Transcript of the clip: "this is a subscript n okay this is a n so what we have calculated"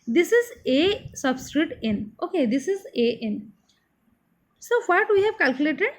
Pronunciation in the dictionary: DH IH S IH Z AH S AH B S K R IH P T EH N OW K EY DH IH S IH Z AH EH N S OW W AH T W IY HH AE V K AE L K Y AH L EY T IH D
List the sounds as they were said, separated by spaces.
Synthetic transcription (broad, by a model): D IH S IH Z AH S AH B S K R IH T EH N OW K EY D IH S IH Z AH EH N S OW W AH T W IY HH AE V K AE L K Y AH L EY T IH D